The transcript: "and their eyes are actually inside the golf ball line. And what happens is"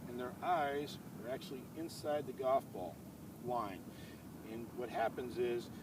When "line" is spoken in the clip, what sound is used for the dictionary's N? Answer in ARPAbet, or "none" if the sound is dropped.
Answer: N